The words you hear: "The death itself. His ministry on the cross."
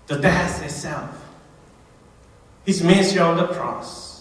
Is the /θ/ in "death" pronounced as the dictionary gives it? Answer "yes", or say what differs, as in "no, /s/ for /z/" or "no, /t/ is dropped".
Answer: no, /s/ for /θ/